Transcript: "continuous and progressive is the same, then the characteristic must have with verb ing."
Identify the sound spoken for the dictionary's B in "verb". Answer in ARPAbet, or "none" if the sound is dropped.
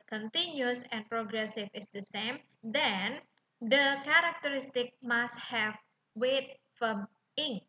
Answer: none